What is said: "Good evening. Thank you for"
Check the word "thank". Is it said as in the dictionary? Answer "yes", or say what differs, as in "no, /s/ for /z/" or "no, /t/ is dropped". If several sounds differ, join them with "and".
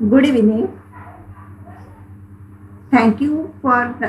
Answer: no, /t/ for /θ/